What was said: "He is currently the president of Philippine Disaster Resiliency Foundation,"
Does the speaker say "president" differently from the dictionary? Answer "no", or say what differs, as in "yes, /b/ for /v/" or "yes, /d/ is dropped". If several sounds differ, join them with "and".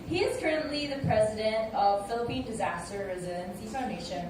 no